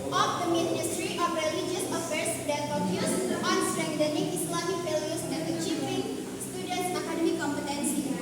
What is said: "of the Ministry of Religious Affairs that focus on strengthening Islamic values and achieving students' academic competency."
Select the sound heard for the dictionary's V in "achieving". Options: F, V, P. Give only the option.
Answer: F